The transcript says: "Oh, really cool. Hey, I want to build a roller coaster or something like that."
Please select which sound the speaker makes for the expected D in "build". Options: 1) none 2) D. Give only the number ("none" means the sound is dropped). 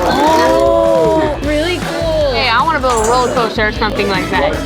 1